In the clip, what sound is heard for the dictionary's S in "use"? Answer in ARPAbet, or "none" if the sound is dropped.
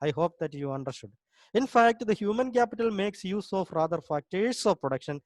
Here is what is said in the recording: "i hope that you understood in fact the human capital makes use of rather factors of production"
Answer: S